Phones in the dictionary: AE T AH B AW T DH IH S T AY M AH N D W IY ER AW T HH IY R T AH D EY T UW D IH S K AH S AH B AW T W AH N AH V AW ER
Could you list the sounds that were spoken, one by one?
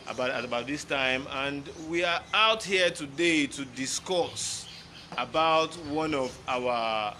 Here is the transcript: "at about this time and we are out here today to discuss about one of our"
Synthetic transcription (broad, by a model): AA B AH B AW T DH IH S T AY M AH N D W IY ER AW T HH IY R T AH D EY T UW D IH S K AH S AH B AW T W AH N AH V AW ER